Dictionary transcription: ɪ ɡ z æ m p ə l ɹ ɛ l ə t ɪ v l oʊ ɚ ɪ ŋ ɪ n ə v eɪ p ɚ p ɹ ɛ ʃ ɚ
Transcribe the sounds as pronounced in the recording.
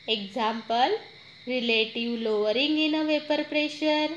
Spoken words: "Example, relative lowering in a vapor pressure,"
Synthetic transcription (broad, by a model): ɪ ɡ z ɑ m p ə l ɹ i l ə t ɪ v l oʊ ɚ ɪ ŋ ɪ n ə v eɪ p ɚ p ɹ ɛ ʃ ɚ